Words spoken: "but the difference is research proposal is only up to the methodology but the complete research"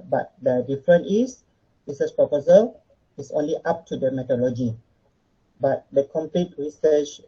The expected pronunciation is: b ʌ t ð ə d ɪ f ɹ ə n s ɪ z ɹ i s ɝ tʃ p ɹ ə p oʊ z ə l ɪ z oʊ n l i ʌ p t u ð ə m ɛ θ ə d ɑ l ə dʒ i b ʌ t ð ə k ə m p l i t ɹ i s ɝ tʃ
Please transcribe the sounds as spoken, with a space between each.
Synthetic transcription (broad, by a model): b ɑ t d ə d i f ɹ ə n ɪ s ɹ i s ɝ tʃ p ɹ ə p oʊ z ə l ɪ s oʊ n l i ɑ p t u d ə m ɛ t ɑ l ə dʒ i b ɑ t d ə k ə m p l i t ɹ i s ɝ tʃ